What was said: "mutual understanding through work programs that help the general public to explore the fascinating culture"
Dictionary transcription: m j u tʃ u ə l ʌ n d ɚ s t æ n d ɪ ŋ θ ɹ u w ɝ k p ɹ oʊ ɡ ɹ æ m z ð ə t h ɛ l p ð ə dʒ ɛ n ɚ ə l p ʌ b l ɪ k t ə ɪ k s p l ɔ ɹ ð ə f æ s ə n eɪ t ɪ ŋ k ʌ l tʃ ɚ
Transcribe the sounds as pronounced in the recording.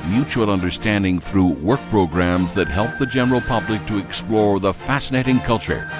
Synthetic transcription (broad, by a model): m j u tʃ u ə l ʌ n d ɚ s t æ n d ɪ ŋ θ ɹ u w ɝ k p ɹ oʊ ɡ ɹ æ m z ð ə t h ɛ l p ð ə dʒ ɛ n ɚ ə l p ʌ b l ɪ k t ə ɪ k s p l ɔ ɹ ð ə f æ s ə n eɪ t ɪ ŋ k ʌ l tʃ ɚ